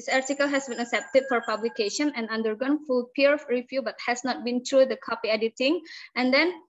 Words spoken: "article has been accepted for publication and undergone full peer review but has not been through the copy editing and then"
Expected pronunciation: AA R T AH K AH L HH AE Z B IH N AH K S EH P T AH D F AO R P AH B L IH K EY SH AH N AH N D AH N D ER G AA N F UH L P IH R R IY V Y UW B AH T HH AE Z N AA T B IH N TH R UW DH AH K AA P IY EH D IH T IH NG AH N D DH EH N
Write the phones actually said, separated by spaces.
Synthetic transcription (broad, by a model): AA R T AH K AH L HH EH S B IH N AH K S EH P T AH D F AO R P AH B L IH K EY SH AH N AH N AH N D ER G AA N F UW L P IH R R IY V Y UW B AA T HH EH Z N AA T B IH N T R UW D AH K AA P IY EH D IH T IH NG AH N D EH N